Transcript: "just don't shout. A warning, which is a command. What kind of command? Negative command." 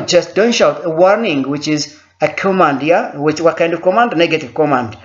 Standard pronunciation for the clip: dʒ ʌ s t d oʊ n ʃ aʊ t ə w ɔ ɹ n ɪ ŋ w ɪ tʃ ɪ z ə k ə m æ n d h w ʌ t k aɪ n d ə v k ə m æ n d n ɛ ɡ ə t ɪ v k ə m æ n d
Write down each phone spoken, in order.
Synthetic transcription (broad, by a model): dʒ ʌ s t d oʊ n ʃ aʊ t ə w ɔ ɹ n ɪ ŋ w ɪ tʃ ɪ z ə k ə m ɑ n d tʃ w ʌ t k aɪ n d ə v k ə m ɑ n d n ɛ ɡ ə t ɪ v k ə m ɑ n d